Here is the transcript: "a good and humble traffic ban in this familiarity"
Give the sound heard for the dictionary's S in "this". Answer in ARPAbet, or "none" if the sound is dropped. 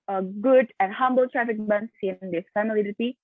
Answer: none